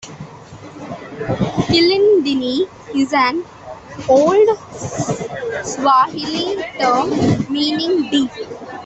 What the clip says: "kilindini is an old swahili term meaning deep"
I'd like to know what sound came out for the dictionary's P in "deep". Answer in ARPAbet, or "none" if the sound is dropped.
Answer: none